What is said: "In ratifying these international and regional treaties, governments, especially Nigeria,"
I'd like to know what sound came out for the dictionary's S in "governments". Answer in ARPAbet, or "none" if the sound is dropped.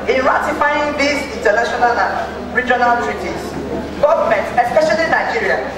none